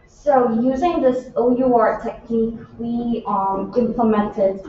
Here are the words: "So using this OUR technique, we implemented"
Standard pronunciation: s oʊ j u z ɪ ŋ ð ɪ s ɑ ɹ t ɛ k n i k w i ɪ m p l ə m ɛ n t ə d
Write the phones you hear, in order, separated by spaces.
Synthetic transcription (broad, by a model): s oʊ j u z ɪ ŋ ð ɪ s ɑ ɹ t ɛ k n i k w i ɪ m p l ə m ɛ n t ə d